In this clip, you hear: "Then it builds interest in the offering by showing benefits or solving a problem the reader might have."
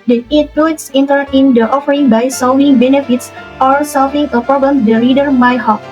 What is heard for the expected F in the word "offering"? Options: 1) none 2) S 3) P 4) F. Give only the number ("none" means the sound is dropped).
4